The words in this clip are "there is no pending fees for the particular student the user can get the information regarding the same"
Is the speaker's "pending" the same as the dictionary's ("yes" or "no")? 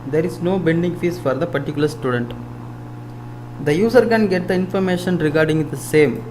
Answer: no